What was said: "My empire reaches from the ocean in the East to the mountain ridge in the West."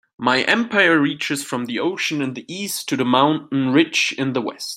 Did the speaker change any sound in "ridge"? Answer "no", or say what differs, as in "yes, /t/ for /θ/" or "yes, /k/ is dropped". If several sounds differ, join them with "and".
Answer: yes, /tʃ/ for /dʒ/